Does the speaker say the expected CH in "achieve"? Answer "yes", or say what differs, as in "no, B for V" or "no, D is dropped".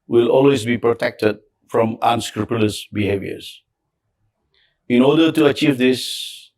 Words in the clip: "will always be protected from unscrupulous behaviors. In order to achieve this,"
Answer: yes